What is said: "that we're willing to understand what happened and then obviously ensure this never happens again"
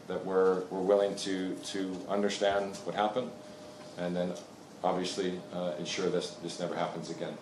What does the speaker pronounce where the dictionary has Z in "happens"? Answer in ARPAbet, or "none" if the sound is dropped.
Z